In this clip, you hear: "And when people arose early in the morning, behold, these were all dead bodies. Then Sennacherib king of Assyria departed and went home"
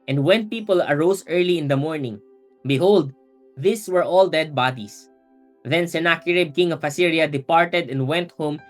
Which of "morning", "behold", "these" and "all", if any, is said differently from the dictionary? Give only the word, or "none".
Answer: these